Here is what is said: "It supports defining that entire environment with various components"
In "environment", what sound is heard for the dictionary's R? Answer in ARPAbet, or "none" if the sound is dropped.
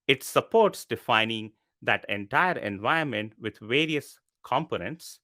none